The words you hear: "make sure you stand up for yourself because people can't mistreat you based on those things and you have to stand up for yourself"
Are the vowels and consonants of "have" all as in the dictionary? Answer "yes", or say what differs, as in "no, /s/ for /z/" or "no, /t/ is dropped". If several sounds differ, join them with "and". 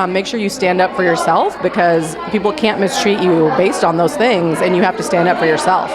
no, /f/ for /v/